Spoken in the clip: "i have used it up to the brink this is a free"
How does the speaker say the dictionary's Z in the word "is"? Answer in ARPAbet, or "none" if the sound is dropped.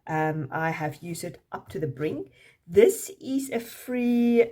Z